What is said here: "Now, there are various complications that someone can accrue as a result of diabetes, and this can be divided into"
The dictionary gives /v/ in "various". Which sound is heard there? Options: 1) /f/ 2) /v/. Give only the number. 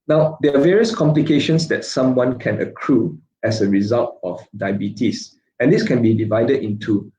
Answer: 2